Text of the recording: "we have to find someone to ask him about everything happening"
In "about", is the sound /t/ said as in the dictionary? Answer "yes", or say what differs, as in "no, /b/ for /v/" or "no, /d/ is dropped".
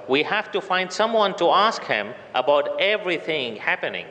yes